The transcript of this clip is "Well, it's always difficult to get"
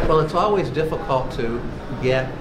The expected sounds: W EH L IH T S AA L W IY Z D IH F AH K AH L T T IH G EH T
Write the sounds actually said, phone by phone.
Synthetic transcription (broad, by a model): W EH L IH T S AA L W IY Z D IH F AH K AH L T T IH G EH T